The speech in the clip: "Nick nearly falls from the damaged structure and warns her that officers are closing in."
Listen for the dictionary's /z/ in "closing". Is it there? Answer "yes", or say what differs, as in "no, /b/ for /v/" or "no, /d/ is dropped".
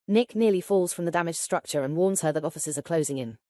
yes